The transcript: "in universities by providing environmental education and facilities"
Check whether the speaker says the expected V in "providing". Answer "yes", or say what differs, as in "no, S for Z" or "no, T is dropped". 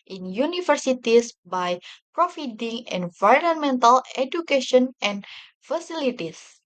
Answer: no, F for V